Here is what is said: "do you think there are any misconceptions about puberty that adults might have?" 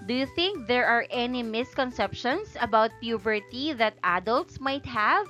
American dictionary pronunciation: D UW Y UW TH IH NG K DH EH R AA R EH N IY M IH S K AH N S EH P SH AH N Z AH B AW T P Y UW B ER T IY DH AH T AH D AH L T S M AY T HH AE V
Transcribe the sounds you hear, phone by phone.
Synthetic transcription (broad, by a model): D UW Y UW TH IH NG K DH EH R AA R EH N IY M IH S K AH N S EH P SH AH N S AH B AW T P Y UW B ER T IY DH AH T AH D AH L T S M AY T HH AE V